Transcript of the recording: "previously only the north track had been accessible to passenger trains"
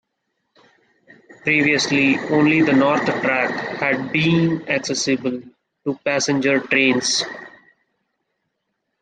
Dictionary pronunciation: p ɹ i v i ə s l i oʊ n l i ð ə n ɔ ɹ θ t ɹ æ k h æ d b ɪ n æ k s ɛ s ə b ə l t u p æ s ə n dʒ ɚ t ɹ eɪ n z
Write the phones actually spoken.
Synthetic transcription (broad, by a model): p ɹ i v i ə s l i oʊ n l i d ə n ɔ ɹ t t ɹ æ k h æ d b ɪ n æ k s ɛ s ə b ə l t u p æ s ə n dʒ ɚ t ɹ eɪ n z